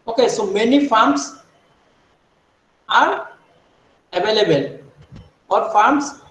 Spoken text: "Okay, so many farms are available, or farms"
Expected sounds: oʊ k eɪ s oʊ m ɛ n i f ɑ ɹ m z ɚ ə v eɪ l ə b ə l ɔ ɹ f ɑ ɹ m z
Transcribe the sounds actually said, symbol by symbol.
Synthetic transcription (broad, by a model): oʊ k eɪ s oʊ m ɛ n i f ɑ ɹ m s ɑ ə v eɪ l ə b ə l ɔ l f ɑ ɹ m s